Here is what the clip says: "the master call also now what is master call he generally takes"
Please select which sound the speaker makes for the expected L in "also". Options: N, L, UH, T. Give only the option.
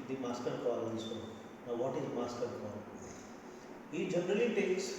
N